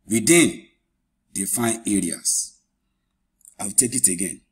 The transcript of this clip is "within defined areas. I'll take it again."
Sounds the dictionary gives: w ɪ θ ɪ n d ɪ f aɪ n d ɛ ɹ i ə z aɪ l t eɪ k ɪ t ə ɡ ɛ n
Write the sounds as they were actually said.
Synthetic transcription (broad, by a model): w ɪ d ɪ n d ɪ f aɪ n ɛ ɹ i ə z aɪ w t eɪ k ɪ t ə ɡ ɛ n